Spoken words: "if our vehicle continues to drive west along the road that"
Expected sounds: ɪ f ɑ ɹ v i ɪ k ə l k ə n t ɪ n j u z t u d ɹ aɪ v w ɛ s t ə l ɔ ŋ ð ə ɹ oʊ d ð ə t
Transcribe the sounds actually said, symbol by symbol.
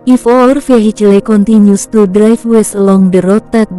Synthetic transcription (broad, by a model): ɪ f ɑ ɹ f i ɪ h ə l k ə n t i n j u s t u d ɹ aɪ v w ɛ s ə l ɔ ŋ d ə ɹ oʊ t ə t